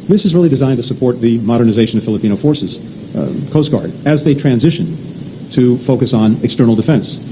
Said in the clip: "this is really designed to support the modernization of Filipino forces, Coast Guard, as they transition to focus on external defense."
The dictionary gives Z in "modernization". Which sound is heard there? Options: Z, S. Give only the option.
Z